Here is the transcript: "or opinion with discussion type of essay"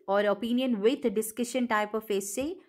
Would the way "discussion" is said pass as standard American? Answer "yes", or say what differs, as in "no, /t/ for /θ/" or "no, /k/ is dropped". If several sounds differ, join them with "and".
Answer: yes